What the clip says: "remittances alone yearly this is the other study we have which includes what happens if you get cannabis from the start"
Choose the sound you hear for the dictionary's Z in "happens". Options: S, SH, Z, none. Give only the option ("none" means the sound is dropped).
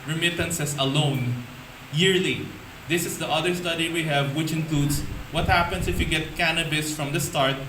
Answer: S